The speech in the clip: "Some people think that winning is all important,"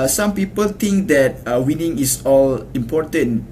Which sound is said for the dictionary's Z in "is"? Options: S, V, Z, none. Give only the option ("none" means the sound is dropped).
S